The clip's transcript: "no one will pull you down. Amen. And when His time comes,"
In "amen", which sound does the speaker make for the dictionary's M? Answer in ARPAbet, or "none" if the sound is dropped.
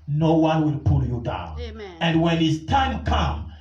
none